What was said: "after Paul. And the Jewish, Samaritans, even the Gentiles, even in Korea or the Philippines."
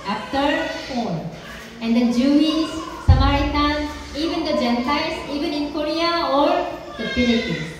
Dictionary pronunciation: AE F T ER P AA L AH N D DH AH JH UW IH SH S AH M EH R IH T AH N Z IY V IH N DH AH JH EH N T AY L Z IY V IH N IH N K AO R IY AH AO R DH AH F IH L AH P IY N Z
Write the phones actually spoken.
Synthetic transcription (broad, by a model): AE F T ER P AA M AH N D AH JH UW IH S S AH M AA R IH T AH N IY V IH N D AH JH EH N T AY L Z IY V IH N IH N K AO R IY AH AO R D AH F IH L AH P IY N